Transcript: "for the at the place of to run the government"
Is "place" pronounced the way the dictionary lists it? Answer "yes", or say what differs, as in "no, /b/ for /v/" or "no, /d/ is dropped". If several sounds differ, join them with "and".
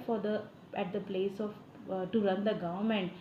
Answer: yes